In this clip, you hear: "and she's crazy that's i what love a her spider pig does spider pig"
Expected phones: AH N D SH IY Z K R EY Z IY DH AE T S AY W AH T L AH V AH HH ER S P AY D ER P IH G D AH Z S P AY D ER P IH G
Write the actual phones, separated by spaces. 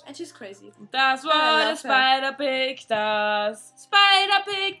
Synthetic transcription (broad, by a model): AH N SH IY Z K R EY Z IY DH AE T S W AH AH AH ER S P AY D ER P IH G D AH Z S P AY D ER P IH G